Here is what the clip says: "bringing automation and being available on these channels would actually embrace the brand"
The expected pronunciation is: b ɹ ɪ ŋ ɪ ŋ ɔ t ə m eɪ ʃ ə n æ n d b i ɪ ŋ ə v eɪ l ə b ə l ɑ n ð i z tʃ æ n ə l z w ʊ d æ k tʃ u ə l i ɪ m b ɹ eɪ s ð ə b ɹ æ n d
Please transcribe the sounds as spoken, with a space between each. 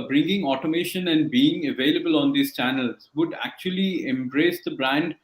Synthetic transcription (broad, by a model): b ɹ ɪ ŋ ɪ ŋ ɔ t ə m eɪ ʃ ə n æ n d b i ɪ ŋ ə v eɪ l ə b ə l ɑ n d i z tʃ æ n ə l z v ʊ d æ k tʃ u ə l i ɪ m b ɹ eɪ s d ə b ɹ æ n d